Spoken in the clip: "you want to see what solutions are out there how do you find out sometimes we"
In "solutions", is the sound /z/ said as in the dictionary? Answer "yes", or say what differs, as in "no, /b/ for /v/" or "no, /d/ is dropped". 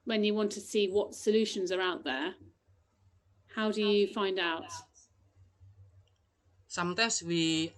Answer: yes